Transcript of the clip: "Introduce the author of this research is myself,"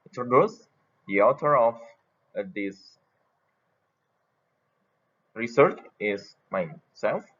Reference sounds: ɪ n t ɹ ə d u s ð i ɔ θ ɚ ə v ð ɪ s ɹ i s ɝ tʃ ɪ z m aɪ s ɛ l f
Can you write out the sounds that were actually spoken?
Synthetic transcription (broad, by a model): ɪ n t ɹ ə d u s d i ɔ t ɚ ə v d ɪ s ɹ i s ɝ tʃ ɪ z m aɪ s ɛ l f